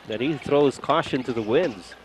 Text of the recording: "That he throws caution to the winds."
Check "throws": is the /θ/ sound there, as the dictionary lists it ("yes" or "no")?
yes